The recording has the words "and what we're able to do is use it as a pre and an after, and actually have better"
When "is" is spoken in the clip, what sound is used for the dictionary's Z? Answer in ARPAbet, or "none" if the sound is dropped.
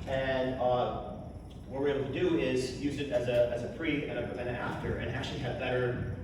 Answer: Z